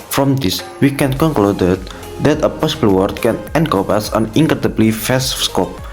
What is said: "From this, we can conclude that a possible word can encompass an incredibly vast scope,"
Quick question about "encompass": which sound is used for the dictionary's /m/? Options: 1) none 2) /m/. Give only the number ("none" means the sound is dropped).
1